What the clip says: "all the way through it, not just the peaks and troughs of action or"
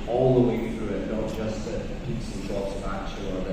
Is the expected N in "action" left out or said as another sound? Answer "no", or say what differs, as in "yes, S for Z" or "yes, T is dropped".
yes, N is dropped